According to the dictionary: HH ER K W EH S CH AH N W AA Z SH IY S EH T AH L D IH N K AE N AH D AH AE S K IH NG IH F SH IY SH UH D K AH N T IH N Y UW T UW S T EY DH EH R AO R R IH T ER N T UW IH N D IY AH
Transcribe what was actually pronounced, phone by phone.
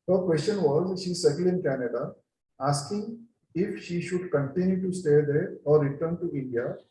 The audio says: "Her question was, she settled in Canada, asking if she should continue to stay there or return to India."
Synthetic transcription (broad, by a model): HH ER K W EH S CH AH N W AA Z SH IY S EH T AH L IH N K AE N AH D AH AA S K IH NG IH F SH IY SH UH D K AH N T IH N Y UW T UW S T EY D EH R AO R R IH T ER N T UW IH N D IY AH